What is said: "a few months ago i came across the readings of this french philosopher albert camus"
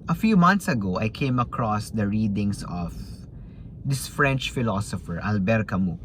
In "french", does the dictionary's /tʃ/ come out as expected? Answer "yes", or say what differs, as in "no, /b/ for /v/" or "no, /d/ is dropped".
yes